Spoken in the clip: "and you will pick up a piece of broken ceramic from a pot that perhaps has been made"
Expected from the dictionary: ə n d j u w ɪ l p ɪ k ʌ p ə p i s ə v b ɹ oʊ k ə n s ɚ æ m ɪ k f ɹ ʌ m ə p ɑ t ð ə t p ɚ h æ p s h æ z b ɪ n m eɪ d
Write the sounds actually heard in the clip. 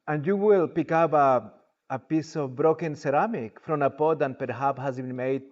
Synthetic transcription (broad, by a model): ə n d j u w ɪ l p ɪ k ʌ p ə p i s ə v b ɹ oʊ k ə n s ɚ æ m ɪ k f ɹ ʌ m ə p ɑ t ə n p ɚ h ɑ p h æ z b ɪ n m eɪ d